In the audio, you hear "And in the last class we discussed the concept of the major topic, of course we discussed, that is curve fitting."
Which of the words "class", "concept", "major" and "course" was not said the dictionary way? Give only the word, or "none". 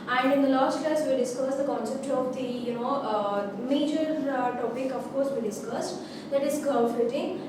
class